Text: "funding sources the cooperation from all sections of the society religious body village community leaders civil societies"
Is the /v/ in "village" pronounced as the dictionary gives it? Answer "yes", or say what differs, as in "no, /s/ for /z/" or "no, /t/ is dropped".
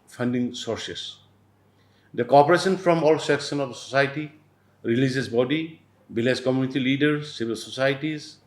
no, /b/ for /v/